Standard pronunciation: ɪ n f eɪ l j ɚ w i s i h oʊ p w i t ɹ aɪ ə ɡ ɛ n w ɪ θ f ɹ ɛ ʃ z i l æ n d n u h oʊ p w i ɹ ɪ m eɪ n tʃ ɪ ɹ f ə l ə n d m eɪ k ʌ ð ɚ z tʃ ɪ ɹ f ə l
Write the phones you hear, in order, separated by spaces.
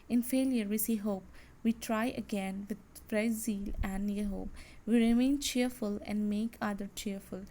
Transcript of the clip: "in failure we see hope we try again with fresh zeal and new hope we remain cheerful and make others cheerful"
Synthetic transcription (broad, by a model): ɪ n f eɪ l j ɚ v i s i h oʊ p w i t ɹ aɪ ə ɡ ɛ n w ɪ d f ɹ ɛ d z i l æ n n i h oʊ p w i ɹ ɪ m eɪ n tʃ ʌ ɹ f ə l ə n d m eɪ k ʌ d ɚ tʃ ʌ ɹ f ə l